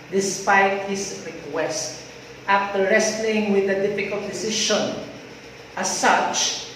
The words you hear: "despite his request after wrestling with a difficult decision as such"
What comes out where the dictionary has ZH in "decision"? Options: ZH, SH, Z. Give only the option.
SH